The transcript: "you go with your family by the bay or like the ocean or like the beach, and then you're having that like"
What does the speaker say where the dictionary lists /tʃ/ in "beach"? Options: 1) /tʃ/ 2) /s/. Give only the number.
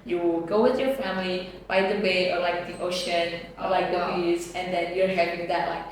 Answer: 2